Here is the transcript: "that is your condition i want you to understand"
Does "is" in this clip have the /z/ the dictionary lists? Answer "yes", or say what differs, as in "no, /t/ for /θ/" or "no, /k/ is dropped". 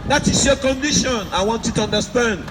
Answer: no, /s/ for /z/